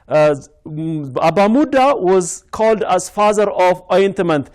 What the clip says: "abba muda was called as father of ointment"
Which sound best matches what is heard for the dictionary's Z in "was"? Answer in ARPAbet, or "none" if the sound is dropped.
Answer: Z